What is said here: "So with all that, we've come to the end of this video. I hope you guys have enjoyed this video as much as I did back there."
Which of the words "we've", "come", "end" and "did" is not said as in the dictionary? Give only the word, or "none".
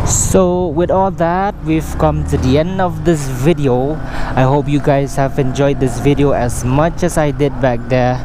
none